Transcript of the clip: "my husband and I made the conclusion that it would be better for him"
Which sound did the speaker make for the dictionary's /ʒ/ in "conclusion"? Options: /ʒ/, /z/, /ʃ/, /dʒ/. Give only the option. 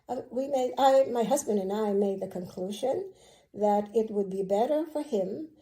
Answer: /ʒ/